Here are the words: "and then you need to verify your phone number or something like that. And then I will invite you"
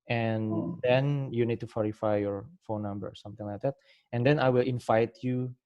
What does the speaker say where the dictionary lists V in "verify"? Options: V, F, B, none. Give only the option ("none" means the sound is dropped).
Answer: F